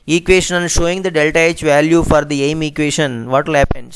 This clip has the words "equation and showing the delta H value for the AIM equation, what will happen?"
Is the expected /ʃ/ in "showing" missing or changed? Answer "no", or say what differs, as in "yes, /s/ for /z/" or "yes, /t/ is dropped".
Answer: no